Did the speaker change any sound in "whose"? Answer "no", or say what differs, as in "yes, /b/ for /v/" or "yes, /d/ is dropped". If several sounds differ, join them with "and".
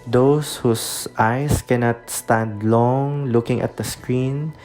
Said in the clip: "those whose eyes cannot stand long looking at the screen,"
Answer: yes, /s/ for /z/